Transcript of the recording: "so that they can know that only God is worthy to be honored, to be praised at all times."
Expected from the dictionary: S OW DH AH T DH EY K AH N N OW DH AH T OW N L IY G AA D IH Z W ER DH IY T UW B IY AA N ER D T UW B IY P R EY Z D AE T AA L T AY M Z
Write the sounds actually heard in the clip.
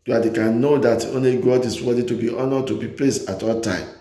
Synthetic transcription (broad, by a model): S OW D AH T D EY K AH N N OW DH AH T OW N L IY G AA D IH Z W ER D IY T UW B IY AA N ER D T UW B IY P L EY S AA T AA L T AY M